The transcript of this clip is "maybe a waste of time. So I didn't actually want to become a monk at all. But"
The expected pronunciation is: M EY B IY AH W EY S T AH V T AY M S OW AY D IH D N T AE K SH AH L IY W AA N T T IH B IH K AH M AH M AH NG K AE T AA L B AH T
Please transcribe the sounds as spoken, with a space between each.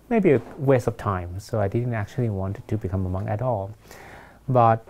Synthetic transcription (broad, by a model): M EY B IY AH W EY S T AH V T AY M S OW AY D IH D N T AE K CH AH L IY W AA N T T IH B IH K AH M AH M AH NG AE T AA L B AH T